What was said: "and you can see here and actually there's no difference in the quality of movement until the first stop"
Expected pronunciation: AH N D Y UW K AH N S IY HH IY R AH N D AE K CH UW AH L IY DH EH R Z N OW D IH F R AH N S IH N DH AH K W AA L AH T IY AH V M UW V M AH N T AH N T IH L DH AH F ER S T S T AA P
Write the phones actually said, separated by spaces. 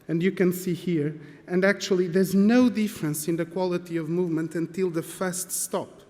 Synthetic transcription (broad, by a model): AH N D Y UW K AH N S IY HH IY R AH N D AE K CH UW AH L IY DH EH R Z N OW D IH F R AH N S IH N DH AH K W AA L AH T IY AH V M UW V M AH N T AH N T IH L DH AH F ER S T S T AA P